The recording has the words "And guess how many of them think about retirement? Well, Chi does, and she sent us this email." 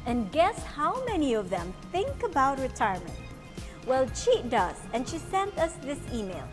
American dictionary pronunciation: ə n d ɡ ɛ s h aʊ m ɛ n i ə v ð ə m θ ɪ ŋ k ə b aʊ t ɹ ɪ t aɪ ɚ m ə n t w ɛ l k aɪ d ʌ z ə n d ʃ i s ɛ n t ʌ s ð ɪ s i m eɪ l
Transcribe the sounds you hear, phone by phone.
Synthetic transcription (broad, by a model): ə n ɡ ɛ s h aʊ m ɛ n i ə v ð ə m θ ɪ ŋ k ə b aʊ t ɹ ɪ t aɪ ɚ m ə n t w ɛ l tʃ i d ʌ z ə n ʃ i s ɛ n t ʌ s ð ɪ s i m eɪ l